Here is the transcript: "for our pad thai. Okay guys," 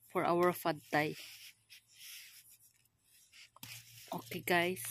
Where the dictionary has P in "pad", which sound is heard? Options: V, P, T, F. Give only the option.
F